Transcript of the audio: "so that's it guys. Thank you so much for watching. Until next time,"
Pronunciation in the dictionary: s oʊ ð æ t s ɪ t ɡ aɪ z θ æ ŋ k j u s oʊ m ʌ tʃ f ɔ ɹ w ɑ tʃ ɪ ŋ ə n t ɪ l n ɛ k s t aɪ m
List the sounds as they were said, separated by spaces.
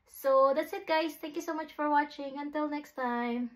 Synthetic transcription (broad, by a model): s oʊ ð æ t s ɪ t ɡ aɪ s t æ ŋ k j u s oʊ m ʌ tʃ f ɔ ɹ w ɑ tʃ ɪ ŋ ə n t ɪ l n ɛ k s t aɪ m